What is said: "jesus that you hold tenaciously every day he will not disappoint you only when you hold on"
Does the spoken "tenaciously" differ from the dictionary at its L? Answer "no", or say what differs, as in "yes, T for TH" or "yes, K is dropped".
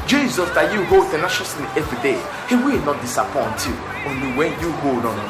yes, N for L